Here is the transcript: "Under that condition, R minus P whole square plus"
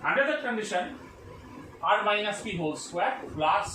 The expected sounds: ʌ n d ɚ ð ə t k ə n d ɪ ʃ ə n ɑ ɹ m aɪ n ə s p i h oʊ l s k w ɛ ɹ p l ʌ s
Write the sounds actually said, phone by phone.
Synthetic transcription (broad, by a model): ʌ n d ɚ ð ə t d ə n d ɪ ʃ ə n ɑ ɹ m aɪ n ə s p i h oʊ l s w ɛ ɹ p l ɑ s